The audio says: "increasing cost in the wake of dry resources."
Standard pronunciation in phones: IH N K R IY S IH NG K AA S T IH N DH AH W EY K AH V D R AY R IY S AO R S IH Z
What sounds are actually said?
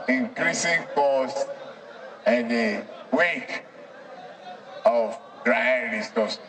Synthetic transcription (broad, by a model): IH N K R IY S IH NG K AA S IH N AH W EY K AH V D R AY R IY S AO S